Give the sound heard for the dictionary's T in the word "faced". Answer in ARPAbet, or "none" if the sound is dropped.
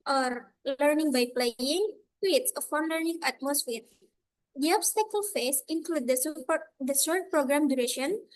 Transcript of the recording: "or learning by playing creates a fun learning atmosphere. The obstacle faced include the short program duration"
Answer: none